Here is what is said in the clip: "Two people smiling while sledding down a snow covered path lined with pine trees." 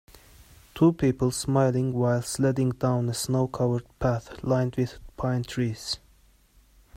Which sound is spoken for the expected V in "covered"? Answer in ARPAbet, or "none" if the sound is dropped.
W